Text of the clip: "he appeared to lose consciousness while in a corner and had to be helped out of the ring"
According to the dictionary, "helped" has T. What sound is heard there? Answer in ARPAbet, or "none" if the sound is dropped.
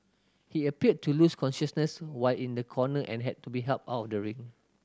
none